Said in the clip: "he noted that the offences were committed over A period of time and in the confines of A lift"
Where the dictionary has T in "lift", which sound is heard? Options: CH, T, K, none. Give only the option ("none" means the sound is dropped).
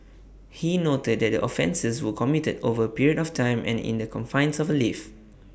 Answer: none